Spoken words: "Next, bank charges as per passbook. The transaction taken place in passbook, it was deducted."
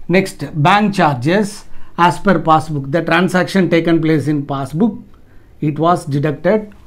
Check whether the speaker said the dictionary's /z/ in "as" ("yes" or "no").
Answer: no